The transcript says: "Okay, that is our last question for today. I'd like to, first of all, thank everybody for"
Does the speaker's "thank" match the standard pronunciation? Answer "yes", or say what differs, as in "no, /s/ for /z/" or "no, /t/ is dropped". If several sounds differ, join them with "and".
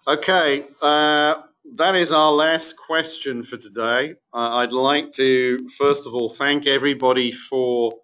yes